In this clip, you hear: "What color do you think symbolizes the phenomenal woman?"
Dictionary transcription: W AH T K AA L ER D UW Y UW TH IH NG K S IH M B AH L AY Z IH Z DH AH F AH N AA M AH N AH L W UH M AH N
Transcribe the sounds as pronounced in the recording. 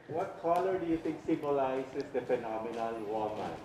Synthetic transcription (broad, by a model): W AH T K AA L ER D UW Y UW T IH NG K S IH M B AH L AY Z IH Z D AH F AH N AA M AH N AH L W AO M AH